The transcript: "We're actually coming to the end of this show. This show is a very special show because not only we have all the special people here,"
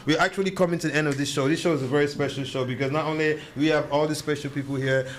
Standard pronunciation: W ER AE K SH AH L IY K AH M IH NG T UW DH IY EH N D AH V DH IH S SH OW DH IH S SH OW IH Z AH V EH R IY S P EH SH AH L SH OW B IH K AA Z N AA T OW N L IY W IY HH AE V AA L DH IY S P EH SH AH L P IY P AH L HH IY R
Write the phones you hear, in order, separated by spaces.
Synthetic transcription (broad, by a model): W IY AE K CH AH L IY K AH M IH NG T UW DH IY EH N D AH V DH IH S SH OW DH IH S SH OW IH Z AH V EH R IY S P EH SH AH L SH OW B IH K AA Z N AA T OW N L IY W IY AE V AA L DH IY S P EH SH L P IY P AH L HH IY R